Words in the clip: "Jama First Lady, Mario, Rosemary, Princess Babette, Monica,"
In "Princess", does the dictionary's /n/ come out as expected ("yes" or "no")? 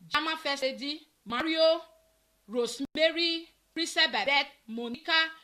no